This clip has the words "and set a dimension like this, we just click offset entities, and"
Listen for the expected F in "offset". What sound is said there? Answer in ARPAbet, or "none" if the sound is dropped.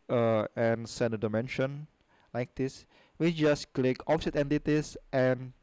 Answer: P